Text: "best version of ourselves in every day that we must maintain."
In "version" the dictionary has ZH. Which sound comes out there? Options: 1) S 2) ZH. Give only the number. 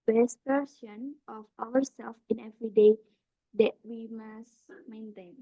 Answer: 1